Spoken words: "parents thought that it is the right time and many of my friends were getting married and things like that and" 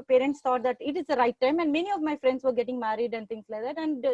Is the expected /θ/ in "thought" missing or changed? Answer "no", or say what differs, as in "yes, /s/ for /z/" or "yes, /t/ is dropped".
yes, /t/ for /θ/